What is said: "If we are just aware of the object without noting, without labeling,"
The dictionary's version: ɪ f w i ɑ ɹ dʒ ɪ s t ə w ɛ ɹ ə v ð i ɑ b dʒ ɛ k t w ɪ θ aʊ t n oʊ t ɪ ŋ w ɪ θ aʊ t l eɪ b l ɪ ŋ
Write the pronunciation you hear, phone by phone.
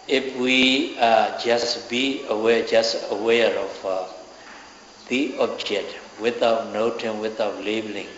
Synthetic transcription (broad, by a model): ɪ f w i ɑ w dʒ ɪ s t ə w ɛ ɹ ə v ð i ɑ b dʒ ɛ k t w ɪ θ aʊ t n oʊ t ɪ ŋ w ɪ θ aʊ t l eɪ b l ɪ ŋ